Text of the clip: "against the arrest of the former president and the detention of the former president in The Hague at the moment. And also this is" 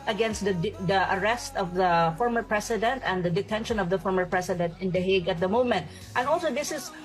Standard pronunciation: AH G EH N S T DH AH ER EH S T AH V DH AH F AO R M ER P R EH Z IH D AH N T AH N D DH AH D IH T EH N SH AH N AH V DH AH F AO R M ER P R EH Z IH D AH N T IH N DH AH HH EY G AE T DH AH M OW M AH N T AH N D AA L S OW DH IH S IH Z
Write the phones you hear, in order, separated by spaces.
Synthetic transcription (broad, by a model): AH G EH N S T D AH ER EH S T AH V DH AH F AO R M ER P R EH S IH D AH N T AH N D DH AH D IH T EH N SH AH N AH V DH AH F AO R M ER P R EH S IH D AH N T IH N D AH HH EY G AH T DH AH M OW M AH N T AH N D AA L S OW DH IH S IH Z